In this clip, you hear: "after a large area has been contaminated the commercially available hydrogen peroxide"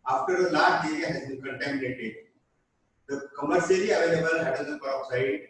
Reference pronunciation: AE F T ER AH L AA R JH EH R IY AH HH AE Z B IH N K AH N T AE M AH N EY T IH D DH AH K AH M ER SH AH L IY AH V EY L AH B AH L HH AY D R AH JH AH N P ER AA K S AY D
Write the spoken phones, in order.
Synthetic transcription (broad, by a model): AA F T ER AH L AA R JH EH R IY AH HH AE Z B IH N K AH N T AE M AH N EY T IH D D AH K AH M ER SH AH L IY AH V EY L AH B AH L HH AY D AH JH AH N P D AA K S AY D